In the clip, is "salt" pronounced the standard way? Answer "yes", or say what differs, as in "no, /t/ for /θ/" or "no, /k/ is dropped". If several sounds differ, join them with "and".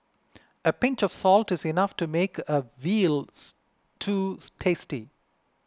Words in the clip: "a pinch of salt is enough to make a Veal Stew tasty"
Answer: yes